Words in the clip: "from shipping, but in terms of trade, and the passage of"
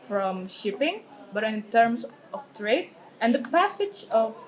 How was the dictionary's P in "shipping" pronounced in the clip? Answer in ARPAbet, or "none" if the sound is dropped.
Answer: P